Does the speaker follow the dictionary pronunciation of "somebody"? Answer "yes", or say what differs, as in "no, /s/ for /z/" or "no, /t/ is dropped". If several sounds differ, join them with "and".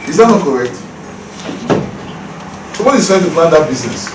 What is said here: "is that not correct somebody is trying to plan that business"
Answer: no, /m/ is dropped